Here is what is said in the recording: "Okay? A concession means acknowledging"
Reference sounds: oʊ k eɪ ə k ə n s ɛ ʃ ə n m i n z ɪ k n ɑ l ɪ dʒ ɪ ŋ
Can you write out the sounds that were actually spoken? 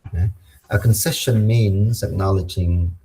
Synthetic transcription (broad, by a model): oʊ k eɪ ə k ə n s ɛ ʃ ə n m i n z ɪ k n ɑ l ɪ dʒ ɪ ŋ